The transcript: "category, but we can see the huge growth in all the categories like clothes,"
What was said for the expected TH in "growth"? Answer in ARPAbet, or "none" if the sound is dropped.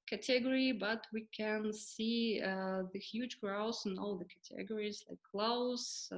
S